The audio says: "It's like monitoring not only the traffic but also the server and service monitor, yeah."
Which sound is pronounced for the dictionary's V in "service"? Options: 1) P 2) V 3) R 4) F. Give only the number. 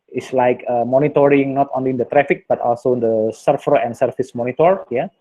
4